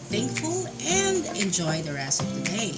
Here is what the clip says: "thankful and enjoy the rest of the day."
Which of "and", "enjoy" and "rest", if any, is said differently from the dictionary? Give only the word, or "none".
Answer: rest